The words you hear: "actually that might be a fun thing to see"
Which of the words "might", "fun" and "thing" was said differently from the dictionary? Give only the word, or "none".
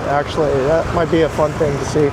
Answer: none